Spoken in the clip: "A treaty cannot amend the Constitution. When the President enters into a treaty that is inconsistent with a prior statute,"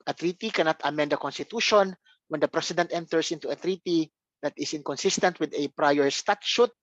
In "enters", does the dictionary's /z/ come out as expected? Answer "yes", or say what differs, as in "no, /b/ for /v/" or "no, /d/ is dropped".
no, /s/ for /z/